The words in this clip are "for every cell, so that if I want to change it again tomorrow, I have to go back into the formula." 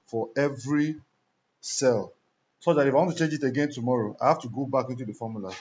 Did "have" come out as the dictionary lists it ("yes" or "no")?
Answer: no